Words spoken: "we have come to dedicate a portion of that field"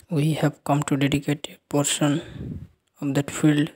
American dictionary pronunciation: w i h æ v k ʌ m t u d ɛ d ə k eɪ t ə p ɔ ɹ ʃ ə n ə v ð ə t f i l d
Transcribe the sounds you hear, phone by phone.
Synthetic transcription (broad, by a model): w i h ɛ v k ʌ m t u d ɛ d ə k eɪ t ə p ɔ ɹ s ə n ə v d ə t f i l d